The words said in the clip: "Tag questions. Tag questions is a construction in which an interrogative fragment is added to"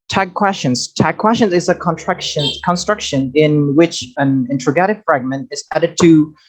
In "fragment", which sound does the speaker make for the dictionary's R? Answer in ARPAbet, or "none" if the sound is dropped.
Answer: R